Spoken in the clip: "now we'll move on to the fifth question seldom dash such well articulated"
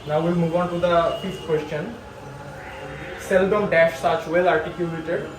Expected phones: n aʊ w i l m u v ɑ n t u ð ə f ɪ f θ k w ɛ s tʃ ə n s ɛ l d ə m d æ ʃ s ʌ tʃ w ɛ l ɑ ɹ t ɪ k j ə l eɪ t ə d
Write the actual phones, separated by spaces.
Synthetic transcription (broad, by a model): n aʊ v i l m u v ɑ n t u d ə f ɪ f t k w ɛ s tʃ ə n s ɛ l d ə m d æ ʃ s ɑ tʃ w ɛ l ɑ ɹ t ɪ k j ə l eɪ t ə d